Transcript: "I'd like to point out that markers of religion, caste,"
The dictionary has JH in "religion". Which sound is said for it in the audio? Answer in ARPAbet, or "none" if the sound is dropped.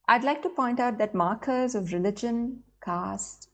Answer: JH